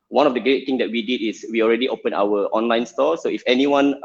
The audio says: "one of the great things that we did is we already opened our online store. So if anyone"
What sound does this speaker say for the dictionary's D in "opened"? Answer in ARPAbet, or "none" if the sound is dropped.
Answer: none